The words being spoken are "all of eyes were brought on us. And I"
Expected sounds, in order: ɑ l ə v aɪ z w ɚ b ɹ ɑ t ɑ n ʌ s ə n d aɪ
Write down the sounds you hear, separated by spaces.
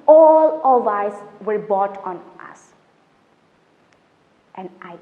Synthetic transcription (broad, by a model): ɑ l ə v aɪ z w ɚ b ɑ t ɑ n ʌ s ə n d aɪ